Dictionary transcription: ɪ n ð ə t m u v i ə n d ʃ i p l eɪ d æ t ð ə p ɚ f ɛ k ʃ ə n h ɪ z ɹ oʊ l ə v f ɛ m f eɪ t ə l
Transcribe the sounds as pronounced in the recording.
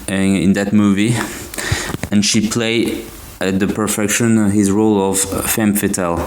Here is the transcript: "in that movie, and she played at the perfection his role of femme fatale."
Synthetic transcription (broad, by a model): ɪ n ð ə t m u v i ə n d ʃ i p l eɪ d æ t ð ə p ɚ f ɛ k ʃ ə n h ɪ z ɹ oʊ l ə v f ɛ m f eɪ t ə l